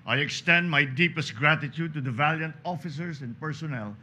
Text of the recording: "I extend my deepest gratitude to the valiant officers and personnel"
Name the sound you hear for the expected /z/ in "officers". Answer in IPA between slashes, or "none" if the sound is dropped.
/s/